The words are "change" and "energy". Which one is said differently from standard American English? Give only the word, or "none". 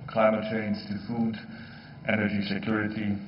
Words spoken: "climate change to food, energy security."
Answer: change